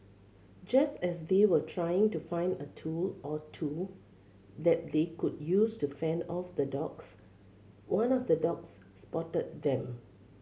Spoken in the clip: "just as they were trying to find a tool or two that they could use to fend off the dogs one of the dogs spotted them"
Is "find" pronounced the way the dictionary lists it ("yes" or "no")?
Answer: yes